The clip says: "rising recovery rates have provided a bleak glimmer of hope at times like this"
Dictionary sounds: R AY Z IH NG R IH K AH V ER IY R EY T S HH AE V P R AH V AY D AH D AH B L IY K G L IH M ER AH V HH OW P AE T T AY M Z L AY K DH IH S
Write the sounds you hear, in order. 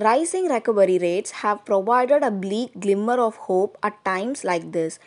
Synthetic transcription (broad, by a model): R AY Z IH NG R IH K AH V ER IY R EY T S HH AE V P R AH V AY D AH D AH B L IY K G L IH M ER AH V HH OW P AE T T AY M S L AY K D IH S